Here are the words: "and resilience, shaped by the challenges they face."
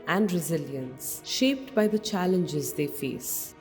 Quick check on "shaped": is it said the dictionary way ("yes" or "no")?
yes